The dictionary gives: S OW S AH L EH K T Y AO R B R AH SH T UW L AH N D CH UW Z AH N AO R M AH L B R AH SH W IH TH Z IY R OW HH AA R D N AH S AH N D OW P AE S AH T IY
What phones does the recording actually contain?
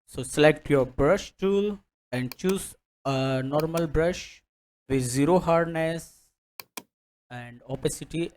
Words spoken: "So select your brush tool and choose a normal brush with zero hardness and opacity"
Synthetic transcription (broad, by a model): S OW S AH L EH K T Y AO R B R AH SH T UW L AH N D CH UW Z AH N AO R M AH L B R AH SH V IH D Z IY R OW HH AA R D N AH S AH N D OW P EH S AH T IY